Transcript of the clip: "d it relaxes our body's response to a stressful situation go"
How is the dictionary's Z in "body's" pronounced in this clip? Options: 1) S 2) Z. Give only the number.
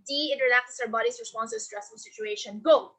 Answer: 1